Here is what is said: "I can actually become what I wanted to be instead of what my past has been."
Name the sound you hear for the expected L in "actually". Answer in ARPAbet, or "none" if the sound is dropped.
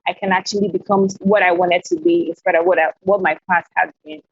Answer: L